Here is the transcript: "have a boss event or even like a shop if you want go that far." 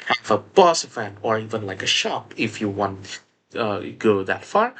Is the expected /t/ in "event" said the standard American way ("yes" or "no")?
no